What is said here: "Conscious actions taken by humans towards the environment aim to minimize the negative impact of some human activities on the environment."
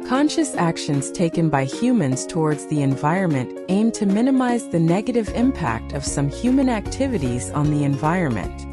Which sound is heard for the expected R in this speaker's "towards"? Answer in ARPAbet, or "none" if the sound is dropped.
R